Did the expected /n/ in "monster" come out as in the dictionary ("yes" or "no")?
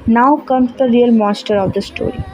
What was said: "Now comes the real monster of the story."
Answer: no